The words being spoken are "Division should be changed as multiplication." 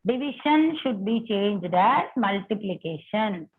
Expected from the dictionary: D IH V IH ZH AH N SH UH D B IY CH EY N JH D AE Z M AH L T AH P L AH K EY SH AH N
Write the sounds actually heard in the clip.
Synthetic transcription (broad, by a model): D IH V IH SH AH N SH UH D B IY CH EY N JH D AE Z M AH L T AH P L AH K EY SH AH N